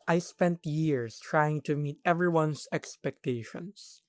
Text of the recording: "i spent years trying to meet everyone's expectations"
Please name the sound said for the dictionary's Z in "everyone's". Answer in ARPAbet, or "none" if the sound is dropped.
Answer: S